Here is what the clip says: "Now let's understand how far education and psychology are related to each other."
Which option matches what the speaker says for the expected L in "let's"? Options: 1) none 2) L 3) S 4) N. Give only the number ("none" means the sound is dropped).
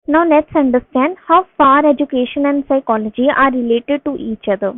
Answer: 4